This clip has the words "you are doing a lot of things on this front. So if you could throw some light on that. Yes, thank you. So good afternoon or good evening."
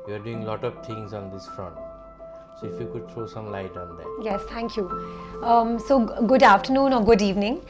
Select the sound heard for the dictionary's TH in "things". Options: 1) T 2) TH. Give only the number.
1